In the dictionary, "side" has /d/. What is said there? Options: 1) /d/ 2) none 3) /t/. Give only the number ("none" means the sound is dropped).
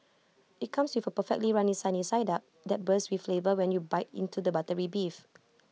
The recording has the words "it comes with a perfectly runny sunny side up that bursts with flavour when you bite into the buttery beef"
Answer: 1